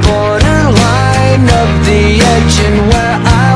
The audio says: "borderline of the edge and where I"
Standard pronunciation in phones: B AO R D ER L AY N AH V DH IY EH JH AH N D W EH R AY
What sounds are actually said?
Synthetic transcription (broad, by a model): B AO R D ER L AY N AH P DH IY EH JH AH N W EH R AY